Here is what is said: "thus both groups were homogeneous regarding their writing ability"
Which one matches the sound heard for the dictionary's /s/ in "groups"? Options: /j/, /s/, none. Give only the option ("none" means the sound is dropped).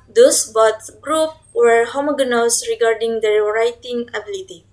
none